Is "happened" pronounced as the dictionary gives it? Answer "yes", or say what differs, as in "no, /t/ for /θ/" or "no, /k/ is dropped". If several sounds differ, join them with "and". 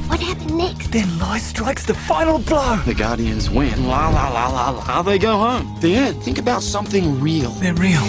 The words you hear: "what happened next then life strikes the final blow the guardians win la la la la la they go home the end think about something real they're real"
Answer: no, /p/ is dropped